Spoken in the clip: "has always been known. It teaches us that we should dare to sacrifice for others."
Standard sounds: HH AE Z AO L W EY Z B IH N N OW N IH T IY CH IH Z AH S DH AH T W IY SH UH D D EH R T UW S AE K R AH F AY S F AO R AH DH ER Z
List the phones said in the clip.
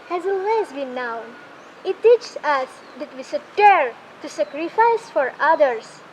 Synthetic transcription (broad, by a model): HH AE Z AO L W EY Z B IH N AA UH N IH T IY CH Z AH S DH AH T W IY S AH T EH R T UW S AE K R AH F AY S F AO R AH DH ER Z